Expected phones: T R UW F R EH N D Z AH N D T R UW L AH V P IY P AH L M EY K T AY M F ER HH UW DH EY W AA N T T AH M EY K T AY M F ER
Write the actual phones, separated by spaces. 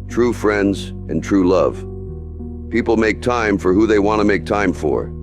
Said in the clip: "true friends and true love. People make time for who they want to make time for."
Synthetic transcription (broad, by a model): T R UW F R EH N D Z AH N T R UW L AH V P IY P L M EY K T AY M F ER HH UW DH EY W AA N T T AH M EY K T AY M F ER